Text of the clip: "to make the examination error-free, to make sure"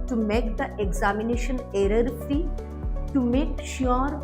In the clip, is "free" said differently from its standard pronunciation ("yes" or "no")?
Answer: yes